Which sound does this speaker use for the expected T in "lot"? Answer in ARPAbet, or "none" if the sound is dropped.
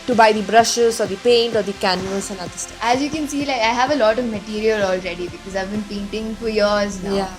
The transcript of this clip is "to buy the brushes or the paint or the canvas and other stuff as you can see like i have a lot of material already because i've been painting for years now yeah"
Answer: T